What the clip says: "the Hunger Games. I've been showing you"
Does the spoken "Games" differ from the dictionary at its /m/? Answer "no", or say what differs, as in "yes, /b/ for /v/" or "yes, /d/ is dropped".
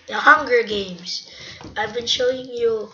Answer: no